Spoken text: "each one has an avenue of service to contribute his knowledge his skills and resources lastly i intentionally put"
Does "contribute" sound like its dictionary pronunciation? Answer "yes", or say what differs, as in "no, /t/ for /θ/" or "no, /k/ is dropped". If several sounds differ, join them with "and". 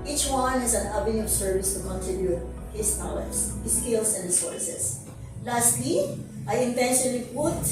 no, /ɹ/ is dropped